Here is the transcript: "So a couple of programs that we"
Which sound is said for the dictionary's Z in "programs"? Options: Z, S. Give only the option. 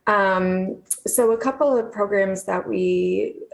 Z